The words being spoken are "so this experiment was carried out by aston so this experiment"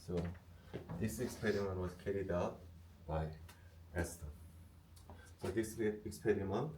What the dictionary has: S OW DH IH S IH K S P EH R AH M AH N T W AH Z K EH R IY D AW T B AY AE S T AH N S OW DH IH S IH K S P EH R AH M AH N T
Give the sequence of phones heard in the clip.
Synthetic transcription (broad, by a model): S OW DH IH S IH K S P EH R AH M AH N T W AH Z K EH R IY D AW T B AY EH S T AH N S OW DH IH S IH K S P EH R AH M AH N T